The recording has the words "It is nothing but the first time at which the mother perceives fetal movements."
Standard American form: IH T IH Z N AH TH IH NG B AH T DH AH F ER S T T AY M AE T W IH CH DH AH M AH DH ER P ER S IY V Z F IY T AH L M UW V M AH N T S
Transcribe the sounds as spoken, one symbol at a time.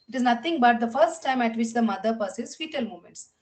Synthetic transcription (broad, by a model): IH T IH Z N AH T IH NG B AH T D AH F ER S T T AY M AE T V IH CH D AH M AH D ER P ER S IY Z F IY T AH L M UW M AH N T S